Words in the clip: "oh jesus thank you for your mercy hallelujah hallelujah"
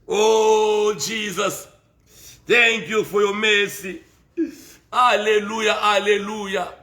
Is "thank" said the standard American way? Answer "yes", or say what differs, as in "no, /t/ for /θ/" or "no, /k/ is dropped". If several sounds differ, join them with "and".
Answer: no, /t/ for /θ/